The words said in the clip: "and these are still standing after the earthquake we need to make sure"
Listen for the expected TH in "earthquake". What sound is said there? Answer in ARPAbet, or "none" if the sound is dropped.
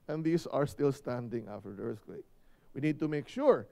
S